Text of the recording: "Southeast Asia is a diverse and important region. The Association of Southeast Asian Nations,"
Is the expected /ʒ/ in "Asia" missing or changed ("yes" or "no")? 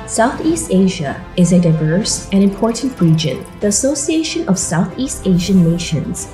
no